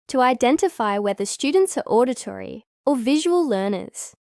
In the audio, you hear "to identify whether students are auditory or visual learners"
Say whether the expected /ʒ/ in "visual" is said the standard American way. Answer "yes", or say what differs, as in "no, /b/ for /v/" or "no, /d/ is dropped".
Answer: yes